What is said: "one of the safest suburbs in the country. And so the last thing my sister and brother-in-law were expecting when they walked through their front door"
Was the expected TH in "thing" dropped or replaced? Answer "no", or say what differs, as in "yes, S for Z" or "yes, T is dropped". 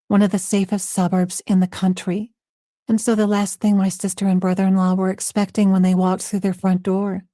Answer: no